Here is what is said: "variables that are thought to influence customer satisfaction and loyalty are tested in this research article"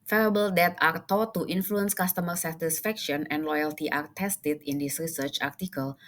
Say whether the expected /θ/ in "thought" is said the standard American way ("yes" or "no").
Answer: no